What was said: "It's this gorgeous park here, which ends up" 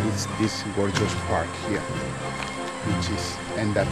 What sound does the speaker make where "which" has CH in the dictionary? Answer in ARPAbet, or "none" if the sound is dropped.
S